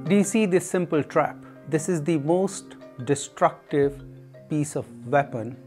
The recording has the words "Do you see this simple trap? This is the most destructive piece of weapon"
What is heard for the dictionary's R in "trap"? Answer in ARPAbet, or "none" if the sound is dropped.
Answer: R